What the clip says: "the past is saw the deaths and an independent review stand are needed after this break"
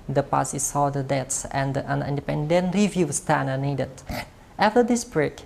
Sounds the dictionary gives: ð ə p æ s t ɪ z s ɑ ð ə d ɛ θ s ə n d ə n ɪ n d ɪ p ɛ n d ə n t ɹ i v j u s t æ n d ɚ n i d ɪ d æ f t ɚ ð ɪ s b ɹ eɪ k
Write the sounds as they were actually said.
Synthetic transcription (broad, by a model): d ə p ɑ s ɪ s ɑ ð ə d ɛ t s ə n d ə n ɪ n d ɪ p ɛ n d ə n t ɹ i v j u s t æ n ɚ n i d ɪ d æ f t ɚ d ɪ s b ɹ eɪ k